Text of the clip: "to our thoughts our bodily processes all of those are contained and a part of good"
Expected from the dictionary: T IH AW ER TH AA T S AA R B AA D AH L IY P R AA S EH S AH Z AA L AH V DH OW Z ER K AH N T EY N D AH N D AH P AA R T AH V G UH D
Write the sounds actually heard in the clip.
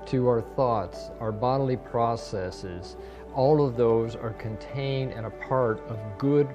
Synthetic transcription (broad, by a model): T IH AW ER TH AA T S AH R B AA D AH L IY P R AA S EH S AH Z AA L AH V DH OW Z ER K AH N T EY N D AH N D AH P AA R T AH V G UH D